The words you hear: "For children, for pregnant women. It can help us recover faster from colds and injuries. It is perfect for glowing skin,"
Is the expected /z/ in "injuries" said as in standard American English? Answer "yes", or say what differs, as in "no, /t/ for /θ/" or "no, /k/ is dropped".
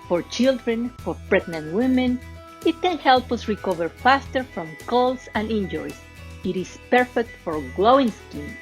no, /s/ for /z/